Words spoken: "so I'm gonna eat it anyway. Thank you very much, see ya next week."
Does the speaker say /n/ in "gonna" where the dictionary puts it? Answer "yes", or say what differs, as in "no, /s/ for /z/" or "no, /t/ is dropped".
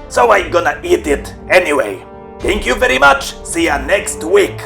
yes